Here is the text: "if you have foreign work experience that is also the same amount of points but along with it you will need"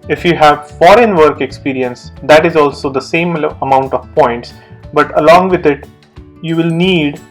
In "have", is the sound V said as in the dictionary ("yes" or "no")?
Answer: yes